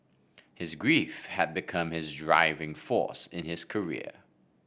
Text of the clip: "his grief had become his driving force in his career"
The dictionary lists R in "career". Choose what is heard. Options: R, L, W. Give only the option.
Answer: R